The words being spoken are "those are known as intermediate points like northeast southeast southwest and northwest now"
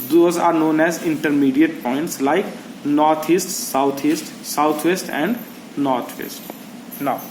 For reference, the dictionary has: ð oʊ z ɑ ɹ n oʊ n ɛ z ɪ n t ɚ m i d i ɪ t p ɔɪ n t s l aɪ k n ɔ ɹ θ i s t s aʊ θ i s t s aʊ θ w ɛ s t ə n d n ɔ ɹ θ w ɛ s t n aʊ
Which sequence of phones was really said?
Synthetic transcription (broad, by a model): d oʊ z ɑ ɹ n oʊ n ɛ z ɪ n t ɚ m i d i ɪ t p ɔɪ n t s l aɪ k n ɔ ɹ t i s t s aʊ t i s t s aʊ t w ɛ s t ə n d n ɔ ɹ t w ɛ s t n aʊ